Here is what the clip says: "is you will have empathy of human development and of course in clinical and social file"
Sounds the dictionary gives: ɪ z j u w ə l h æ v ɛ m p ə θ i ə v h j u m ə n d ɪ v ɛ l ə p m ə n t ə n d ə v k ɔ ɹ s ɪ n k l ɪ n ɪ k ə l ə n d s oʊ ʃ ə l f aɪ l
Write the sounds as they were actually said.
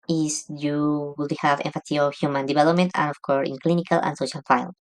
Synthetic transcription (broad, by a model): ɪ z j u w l h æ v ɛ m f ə s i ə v h j u m ə n d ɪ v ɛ l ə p m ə n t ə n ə f k ɔ ɹ s ɪ n k l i n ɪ k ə l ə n s oʊ ʃ ə l f aɪ l